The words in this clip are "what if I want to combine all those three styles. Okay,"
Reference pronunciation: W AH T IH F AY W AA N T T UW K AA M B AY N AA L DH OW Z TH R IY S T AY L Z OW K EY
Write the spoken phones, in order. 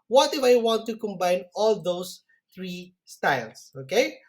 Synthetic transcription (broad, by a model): W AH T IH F AY W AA N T T UW K AA M B AY N AA L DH OW S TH R IY S T AY L S OW K EY